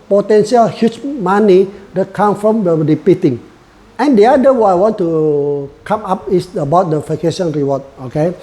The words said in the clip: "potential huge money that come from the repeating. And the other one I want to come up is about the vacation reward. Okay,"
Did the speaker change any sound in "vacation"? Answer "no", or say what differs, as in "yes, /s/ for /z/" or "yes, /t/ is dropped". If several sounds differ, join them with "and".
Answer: yes, /f/ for /v/